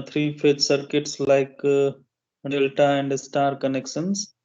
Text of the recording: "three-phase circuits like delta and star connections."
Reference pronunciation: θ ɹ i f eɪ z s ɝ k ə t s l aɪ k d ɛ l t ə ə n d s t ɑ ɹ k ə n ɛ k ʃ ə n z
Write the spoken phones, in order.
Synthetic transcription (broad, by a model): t ɹ i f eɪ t s ɝ k ə t s l aɪ k d ɛ l t ə ə n d s t ɑ ɹ k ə n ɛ k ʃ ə n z